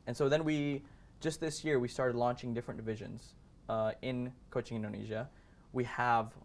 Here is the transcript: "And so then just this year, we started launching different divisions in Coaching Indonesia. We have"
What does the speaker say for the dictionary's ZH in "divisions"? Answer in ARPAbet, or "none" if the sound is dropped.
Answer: ZH